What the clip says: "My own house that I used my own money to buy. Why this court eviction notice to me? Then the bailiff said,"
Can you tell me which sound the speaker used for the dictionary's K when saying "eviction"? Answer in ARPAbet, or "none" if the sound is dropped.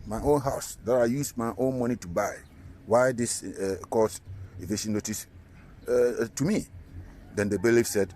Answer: none